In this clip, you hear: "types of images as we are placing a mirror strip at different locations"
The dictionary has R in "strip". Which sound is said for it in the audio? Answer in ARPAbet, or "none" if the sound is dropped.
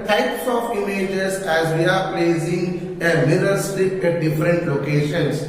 none